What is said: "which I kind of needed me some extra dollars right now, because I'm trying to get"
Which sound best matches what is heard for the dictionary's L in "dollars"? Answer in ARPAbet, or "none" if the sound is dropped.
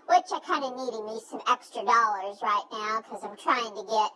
L